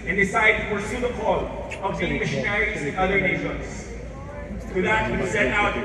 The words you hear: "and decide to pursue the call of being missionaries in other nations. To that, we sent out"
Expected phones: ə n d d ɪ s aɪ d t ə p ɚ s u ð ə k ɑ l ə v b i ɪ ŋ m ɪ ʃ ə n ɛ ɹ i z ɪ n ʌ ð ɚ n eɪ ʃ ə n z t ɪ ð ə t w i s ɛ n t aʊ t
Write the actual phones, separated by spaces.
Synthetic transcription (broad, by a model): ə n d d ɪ s aɪ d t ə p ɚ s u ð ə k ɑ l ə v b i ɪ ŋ m ɪ ʃ ə n ɛ ɹ i z ɪ n ʌ ð ɚ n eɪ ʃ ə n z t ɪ ð ə t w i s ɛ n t aʊ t